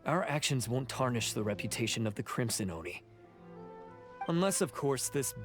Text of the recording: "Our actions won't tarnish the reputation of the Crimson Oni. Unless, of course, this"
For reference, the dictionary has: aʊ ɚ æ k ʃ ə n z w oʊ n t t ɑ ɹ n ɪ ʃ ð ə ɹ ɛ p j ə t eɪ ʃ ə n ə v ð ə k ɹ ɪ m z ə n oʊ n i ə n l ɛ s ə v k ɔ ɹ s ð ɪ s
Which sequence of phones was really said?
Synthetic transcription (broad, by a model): aʊ ɚ æ k ʃ ə n z w oʊ n t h ɑ ɹ n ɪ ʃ ð ə ɹ ɛ p j ə t eɪ ʃ ə n ə v ð ə k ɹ ɪ m s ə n oʊ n i ə n l ɛ s ə v k ɔ ɹ s ð ɪ s